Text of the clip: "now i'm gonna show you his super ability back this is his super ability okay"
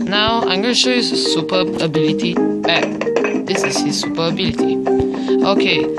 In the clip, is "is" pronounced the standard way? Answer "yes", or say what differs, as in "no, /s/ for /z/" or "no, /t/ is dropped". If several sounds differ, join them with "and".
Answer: no, /s/ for /z/